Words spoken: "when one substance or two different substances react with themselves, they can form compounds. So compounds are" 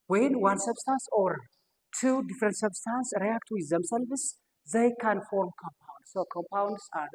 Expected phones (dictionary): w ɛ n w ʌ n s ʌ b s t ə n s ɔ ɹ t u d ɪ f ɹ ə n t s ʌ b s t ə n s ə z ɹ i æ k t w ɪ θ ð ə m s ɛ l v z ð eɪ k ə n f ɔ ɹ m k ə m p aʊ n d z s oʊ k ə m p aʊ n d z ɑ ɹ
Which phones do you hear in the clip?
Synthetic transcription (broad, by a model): w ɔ n w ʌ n s ʌ b s t ə n s ɔ ɹ t u d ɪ f ɹ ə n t s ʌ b s t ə n s ɹ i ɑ k t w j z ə m s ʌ l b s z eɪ k ə n f ɔ ɹ m k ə m p aʊ n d s oʊ k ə m p aʊ n d s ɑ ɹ